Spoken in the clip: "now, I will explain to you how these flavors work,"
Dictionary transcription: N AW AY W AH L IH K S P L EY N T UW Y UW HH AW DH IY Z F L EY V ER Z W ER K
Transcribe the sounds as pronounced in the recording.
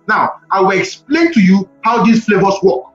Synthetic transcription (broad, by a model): N AW AY W AH L IH K S P L EY N T UW Y UW HH AW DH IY S F L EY V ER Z W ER K